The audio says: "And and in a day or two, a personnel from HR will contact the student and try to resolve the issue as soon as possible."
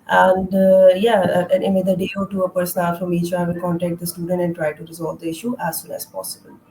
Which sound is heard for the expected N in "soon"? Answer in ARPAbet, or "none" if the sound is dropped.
L